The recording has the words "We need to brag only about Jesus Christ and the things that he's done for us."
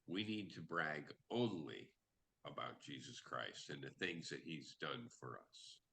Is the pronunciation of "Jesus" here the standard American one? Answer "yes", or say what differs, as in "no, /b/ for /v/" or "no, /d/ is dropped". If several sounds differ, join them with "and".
yes